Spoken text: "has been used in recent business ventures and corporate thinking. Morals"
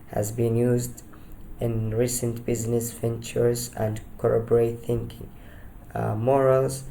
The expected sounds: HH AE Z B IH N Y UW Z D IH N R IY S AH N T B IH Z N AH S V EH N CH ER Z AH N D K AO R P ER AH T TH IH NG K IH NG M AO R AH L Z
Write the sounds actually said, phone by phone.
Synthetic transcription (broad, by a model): HH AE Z B IH N Y UW Z D IH N R IY S AH N T B IH Z N AH S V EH N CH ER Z AH N D K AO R B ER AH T TH IH NG K IH NG M AO R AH L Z